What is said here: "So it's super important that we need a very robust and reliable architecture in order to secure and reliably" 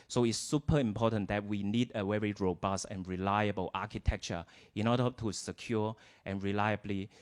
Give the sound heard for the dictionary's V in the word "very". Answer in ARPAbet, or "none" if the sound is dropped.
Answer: W